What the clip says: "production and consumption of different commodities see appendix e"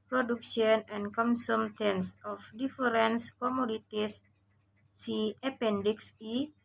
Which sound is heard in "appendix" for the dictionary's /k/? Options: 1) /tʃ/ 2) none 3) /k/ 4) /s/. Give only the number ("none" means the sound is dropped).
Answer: 3